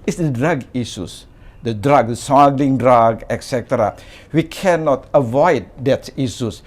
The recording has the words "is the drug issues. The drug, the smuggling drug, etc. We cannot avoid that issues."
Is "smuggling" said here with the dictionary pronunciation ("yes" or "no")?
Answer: no